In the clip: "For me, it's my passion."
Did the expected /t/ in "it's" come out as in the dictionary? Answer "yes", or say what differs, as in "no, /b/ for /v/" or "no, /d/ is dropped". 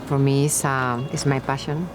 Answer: no, /s/ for /t/